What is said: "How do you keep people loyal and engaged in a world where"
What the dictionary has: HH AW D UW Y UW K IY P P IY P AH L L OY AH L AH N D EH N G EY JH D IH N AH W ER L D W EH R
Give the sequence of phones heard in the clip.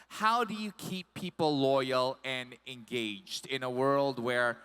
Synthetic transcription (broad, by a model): HH AW D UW Y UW K IY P P IY P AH L L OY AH L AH N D EH N G EY JH D IH N AH W ER L D W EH R